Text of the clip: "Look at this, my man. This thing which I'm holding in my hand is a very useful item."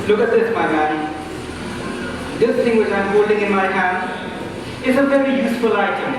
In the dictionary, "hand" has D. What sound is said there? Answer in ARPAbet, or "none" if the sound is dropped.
none